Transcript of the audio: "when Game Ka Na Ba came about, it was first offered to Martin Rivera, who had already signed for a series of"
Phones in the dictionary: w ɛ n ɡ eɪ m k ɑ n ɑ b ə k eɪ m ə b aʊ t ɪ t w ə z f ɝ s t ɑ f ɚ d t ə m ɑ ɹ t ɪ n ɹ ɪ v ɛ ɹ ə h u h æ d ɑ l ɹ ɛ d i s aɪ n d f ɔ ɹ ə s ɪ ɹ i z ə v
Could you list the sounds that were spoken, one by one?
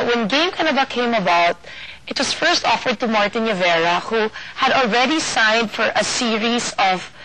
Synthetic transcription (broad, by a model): w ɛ n ɡ eɪ m k ɑ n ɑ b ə k eɪ m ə b aʊ t ɪ t w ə s f ɝ s t ɑ f ɚ d t ə m ɑ ɹ t ɪ n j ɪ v ɛ ɹ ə h u h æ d ɑ l ɹ ɛ d i s aɪ n d f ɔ ɹ ə s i ɹ i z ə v